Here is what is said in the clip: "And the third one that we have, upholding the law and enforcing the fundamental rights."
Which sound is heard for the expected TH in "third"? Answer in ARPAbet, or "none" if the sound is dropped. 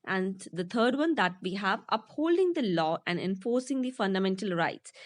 T